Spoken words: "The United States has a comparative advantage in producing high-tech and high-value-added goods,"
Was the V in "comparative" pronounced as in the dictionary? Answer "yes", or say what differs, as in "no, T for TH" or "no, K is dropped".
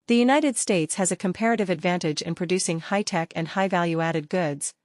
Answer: yes